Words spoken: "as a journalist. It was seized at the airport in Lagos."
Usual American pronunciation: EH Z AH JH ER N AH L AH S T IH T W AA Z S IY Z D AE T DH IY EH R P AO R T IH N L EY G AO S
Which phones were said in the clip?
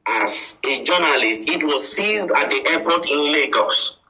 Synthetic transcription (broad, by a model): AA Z AH JH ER N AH L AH S T IH T W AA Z S IY Z D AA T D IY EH P AO T IH N L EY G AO S